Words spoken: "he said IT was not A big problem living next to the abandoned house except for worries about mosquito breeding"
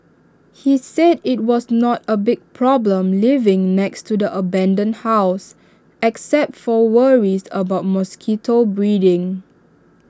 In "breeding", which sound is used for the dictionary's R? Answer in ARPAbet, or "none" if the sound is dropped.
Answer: R